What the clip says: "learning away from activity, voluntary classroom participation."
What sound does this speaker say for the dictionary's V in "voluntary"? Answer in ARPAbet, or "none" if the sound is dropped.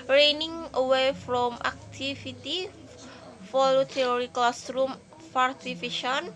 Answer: F